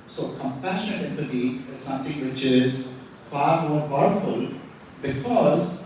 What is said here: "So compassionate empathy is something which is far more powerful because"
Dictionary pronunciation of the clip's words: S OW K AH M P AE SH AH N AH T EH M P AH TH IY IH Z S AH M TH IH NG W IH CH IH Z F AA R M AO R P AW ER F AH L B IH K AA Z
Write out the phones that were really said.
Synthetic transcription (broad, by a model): S OW K AH M P AE SH AH N AH T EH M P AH T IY IH Z S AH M T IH NG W IH CH IH Z F AA R M AO R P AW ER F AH L B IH K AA Z